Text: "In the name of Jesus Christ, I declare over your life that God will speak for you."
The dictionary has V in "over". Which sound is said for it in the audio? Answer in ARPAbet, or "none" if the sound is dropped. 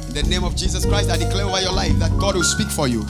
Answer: none